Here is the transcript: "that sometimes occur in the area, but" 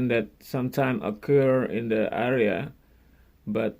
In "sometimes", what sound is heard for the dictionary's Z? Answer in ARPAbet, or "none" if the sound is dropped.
none